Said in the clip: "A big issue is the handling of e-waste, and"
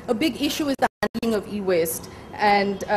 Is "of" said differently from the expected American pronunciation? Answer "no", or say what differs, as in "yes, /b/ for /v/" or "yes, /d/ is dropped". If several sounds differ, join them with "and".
no